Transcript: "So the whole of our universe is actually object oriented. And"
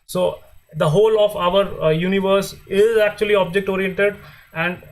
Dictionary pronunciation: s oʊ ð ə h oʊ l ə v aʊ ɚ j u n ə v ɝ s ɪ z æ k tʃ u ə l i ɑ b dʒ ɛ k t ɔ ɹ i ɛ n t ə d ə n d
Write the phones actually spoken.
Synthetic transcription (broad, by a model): s oʊ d ə h oʊ l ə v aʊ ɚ j u n ə v ɝ s ɪ z æ k tʃ u ə l i ɑ b dʒ ɛ k t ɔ ɹ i ɛ t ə d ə n d